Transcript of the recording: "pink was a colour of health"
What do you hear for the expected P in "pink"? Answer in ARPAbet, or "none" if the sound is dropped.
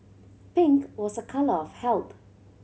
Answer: P